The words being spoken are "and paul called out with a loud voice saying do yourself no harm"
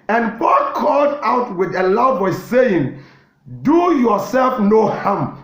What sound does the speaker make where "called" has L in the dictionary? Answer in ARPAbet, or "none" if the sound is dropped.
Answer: L